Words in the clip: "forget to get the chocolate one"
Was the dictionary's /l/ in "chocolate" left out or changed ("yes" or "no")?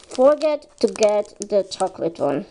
no